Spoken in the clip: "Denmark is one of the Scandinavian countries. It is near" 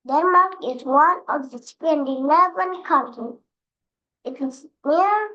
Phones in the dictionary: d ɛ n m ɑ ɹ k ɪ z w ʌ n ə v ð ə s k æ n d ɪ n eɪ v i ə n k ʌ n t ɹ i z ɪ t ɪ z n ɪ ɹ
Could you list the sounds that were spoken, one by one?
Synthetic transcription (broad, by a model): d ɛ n m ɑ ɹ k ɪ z w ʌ n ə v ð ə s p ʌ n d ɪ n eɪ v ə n k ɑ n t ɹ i ɪ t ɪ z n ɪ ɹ